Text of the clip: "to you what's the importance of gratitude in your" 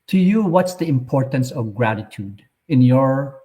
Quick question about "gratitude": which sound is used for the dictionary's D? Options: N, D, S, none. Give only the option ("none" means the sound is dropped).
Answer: D